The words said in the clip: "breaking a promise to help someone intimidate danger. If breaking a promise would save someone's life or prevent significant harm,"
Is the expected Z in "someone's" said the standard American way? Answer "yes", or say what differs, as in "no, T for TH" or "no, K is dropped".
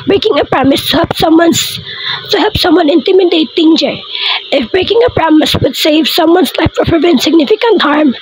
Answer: no, S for Z